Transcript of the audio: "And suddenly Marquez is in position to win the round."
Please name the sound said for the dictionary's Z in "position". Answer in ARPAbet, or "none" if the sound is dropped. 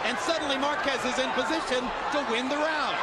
Z